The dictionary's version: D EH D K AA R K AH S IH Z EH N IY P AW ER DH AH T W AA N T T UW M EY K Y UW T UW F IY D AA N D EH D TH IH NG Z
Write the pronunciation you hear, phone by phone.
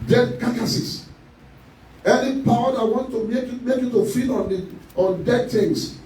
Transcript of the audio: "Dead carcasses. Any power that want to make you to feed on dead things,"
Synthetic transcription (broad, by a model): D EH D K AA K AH S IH S EH N IY P AW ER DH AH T W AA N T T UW M EY K Y UW T UW F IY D AA N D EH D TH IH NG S